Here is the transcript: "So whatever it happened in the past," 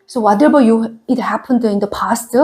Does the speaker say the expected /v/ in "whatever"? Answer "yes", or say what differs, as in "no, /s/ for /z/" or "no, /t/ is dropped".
no, /b/ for /v/